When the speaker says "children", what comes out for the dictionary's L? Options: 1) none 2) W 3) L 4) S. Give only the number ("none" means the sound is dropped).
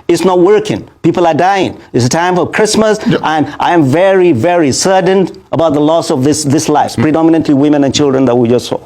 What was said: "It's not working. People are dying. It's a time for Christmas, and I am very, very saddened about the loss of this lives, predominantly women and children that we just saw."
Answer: 3